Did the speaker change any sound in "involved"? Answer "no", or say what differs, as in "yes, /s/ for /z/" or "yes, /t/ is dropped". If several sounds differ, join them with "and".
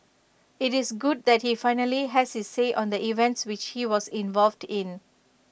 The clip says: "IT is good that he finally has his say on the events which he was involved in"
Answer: no